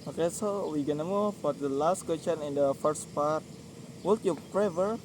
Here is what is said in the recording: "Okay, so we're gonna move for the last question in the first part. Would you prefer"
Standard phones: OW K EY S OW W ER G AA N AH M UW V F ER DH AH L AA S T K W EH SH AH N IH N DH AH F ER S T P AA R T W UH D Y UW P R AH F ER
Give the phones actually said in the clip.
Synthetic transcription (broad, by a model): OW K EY S OW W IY G AA N AH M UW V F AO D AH L AA S T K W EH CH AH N IH N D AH F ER S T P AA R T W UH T Y UW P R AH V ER